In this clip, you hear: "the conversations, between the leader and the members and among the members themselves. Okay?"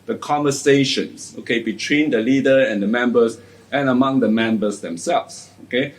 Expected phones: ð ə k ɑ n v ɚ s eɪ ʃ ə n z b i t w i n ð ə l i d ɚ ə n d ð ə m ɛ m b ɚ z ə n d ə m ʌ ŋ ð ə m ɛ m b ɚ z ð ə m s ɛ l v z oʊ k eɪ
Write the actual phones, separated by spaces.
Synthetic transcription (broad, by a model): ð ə k ɑ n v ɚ s eɪ ʃ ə n s b i t w i n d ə l i d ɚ ə n d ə m ɛ m b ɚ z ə n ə m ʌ ŋ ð ə m ɛ m b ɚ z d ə m s ɛ l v s oʊ k eɪ